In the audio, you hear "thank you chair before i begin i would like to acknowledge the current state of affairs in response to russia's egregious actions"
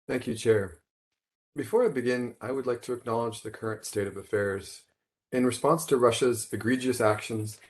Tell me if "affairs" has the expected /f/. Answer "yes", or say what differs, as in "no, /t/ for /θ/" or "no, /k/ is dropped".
yes